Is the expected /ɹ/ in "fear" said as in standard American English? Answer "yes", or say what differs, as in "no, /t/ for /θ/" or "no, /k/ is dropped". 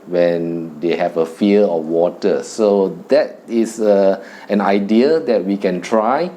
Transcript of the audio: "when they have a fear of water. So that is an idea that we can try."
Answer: no, /l/ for /ɹ/